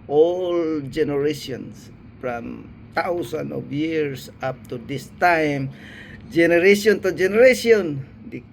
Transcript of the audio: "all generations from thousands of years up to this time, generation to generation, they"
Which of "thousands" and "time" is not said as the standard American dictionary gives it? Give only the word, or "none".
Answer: thousands